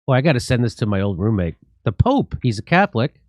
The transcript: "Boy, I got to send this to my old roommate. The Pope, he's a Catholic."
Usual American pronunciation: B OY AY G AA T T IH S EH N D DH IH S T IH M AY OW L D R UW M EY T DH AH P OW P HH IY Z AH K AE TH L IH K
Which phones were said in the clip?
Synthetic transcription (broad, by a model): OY AY G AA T T IH S EH N DH IH S T IH M AY OW L D R UW M EY T DH AH P OW P HH IY Z AH K AE TH L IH K